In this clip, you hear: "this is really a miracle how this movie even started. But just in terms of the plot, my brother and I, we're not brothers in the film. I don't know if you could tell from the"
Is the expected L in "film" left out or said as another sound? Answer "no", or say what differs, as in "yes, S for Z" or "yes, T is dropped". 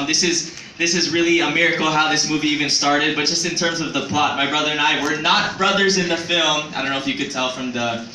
no